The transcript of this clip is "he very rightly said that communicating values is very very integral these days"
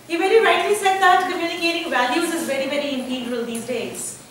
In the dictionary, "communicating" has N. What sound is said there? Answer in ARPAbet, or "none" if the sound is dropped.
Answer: L